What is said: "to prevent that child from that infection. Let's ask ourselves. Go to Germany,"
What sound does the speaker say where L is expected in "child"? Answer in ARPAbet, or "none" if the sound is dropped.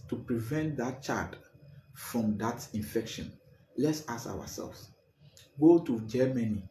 none